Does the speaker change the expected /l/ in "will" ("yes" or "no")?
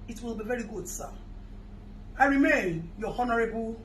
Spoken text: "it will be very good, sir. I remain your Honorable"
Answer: no